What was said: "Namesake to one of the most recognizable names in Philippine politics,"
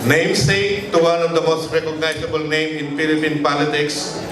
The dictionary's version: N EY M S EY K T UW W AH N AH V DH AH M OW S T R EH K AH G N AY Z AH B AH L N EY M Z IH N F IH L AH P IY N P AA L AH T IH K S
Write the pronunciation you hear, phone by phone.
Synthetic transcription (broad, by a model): N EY M S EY T UW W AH N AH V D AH M OW S T R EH K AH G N AY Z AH B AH L N EY M IH N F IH L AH P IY N P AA L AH T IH K S